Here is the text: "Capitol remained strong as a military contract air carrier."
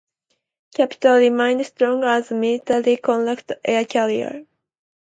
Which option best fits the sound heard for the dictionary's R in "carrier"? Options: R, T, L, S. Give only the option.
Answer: L